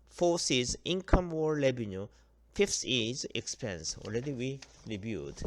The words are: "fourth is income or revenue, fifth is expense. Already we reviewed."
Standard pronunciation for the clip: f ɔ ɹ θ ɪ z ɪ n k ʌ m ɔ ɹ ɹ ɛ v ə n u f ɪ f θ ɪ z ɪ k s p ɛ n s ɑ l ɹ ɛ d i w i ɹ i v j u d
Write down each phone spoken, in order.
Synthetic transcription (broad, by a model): f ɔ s ɪ z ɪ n k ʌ m ɔ ɹ l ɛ b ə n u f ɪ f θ ɪ z ɪ k s p ɛ n s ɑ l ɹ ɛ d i w i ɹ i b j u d